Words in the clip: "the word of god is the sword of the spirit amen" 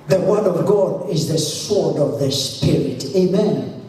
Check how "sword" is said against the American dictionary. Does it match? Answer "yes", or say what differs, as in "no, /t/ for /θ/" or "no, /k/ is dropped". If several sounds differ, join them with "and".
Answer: yes